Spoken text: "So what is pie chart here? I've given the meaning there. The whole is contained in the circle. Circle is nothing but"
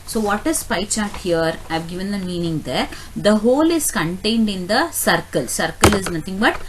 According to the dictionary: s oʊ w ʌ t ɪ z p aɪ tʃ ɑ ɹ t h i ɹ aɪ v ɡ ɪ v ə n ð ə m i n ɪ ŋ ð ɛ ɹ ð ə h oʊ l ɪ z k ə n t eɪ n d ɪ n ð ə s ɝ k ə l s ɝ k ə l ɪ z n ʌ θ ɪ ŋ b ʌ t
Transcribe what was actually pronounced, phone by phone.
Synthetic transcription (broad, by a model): s oʊ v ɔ t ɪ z p aɪ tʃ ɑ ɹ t h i ɹ aɪ v ɡ ɪ v ə n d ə m i n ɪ ŋ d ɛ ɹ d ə h oʊ l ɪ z k ə n t eɪ n d ɪ n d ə s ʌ k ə l s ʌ k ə l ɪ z n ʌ t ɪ ŋ b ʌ t